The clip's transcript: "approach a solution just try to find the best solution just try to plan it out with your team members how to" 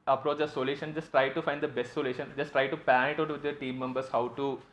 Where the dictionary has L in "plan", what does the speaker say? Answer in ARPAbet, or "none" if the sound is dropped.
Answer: none